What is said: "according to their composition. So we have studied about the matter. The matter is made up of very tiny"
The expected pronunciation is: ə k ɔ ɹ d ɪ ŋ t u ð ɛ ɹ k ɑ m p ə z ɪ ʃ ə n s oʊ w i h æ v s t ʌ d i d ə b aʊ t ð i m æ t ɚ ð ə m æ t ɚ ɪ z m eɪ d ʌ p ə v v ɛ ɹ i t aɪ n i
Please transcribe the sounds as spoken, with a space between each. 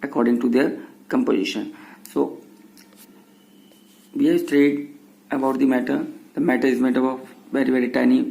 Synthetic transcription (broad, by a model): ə k ɔ ɹ d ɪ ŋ t u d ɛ ɹ k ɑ m p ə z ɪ ʃ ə n s oʊ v i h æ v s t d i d ə b aʊ t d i m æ t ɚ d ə m æ t ɚ ɪ z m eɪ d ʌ b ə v v ɛ ɹ i t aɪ n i